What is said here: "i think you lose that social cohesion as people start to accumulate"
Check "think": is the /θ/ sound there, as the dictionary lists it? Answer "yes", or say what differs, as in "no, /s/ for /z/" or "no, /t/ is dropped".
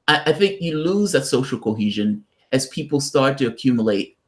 yes